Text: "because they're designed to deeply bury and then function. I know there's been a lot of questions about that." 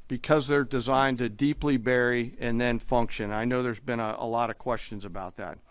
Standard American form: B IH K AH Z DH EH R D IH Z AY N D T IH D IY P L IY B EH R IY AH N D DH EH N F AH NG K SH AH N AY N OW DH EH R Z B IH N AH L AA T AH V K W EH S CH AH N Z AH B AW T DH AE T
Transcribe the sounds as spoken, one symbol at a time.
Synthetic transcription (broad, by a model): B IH K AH Z DH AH R D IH Z AY N T IH D IY P L IY B EH R IY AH N DH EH N F AH NG K SH AH N AY N OW DH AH R Z B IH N AH L AA T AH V K W EH S CH AH N Z AH B AW T DH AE T